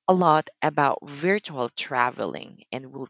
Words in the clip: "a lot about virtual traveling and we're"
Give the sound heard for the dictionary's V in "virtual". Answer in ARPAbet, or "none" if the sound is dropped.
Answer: V